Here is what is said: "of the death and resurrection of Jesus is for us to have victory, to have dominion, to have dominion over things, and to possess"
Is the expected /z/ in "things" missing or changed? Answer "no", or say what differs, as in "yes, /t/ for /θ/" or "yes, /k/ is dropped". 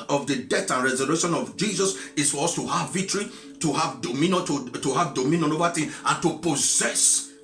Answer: yes, /z/ is dropped